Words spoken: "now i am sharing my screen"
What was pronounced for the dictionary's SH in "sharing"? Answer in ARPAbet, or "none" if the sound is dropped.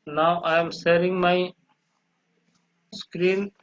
S